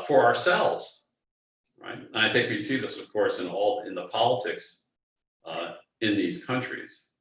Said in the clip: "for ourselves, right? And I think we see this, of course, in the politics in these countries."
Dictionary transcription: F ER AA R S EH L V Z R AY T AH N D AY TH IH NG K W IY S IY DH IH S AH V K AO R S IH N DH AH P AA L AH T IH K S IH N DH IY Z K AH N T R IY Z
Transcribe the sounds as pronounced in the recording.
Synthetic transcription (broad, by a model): F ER AA R S EH L V Z R AY T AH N AY TH IH NG K W IY S IY DH IH S AH V K AO R S IH N DH AH P AA L AH T IH K S IH N DH IY Z K AH N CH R IY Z